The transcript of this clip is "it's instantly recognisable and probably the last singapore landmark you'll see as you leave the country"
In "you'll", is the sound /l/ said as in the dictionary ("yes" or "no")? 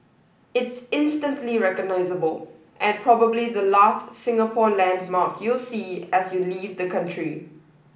yes